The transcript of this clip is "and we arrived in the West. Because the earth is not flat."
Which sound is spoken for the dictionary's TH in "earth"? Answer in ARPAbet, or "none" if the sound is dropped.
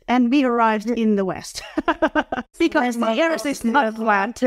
S